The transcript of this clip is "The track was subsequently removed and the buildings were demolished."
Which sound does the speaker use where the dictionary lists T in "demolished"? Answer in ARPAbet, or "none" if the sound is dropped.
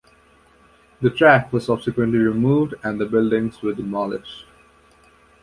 none